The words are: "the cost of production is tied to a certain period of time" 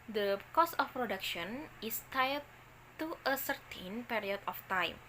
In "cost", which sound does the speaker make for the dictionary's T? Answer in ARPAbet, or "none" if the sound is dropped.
none